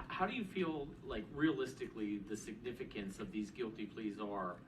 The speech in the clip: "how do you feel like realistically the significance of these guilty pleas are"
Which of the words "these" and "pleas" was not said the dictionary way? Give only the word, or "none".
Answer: none